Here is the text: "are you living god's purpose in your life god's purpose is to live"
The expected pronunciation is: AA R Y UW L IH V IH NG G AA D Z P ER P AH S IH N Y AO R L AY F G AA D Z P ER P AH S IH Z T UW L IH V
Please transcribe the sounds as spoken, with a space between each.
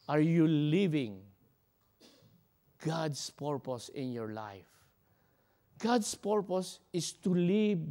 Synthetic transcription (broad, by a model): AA R Y UW L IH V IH NG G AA D S P ER P AH S IH N Y AO R L AY F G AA D S P ER P AH S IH S T UW L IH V